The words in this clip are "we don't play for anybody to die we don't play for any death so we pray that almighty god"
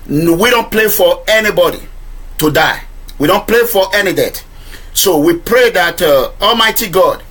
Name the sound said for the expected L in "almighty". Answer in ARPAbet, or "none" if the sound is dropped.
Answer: L